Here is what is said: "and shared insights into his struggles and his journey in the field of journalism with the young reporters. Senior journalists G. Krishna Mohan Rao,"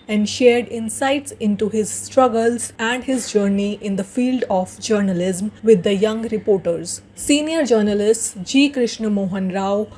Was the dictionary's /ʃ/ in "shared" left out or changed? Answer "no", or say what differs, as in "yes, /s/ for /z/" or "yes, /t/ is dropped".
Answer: no